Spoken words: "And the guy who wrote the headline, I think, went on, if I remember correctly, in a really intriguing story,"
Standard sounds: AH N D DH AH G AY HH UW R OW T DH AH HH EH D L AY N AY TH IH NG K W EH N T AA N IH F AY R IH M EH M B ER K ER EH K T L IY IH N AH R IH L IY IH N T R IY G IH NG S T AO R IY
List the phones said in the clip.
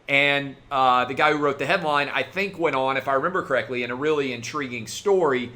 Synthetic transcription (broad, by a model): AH N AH DH AH G AY HH UW R OW T DH AH HH EH D L AY N AY TH IH NG K W EH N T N IH F AY R IH M EH M B ER K ER EH K T L IY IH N AH R IH L IY IH N T R IY G IH NG S T AO R IY